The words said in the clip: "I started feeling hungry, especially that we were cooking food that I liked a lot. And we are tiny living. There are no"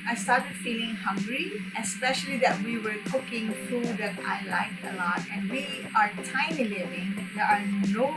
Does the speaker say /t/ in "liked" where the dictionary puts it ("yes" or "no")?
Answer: no